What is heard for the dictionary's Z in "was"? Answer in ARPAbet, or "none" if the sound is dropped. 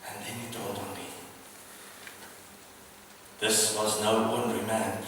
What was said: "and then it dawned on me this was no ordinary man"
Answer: Z